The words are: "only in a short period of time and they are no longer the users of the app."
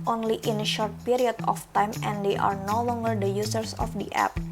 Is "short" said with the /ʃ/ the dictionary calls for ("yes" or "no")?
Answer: yes